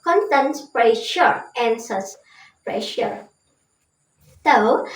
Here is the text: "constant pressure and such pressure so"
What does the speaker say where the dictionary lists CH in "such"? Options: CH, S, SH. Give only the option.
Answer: S